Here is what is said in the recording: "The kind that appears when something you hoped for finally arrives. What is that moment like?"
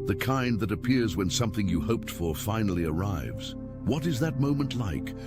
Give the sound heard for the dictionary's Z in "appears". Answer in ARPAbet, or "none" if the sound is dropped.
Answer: Z